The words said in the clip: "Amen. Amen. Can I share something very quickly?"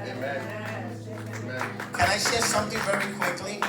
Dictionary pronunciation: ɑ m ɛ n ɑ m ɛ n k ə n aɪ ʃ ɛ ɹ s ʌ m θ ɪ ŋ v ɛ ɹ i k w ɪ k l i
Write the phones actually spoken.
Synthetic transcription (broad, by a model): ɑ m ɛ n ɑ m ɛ k ə n aɪ ʃ ɛ ɹ s ʌ m θ ɪ ŋ v ɛ ɹ i k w ɪ k l i